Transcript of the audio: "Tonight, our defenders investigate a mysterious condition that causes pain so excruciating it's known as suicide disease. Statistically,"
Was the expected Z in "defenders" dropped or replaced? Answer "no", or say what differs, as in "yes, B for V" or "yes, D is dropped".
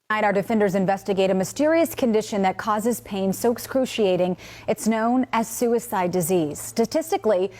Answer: no